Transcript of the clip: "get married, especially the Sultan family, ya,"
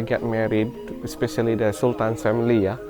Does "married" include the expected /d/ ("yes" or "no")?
yes